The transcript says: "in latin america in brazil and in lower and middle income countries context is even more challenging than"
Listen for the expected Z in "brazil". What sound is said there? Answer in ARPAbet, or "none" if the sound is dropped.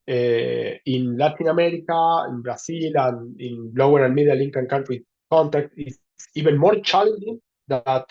S